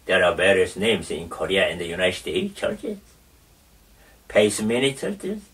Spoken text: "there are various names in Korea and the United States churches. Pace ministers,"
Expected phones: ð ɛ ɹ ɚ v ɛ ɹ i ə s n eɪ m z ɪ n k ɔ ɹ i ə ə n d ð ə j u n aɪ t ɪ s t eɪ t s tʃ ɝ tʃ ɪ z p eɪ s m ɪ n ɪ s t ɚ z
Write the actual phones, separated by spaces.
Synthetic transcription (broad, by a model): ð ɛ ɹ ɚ b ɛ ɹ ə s n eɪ m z ɪ n k ɔ ɹ i ə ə n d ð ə j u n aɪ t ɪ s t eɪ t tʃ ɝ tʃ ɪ s p eɪ s m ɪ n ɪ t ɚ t